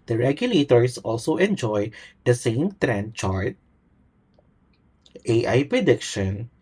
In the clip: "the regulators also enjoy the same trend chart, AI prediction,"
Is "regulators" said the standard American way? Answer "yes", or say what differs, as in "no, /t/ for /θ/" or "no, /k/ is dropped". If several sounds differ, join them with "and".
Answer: no, /s/ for /z/